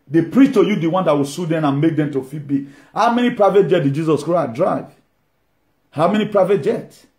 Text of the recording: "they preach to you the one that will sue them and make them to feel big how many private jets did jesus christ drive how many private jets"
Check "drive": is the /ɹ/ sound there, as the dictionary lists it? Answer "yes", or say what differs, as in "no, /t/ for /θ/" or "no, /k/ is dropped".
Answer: yes